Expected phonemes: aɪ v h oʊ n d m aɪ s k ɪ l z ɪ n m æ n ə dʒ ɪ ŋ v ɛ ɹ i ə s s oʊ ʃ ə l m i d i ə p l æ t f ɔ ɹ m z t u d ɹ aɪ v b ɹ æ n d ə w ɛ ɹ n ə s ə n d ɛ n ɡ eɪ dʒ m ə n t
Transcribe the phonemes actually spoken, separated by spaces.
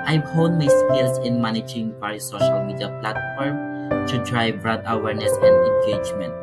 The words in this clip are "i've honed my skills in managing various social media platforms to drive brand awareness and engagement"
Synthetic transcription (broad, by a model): aɪ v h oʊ d m aɪ s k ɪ l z ɪ n m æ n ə dʒ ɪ ŋ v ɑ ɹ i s s oʊ ʃ ə l m i d i ə p l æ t f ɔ ɹ m t u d ɹ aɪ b ɹ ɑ d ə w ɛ ɹ n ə s ə n d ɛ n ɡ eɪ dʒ m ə n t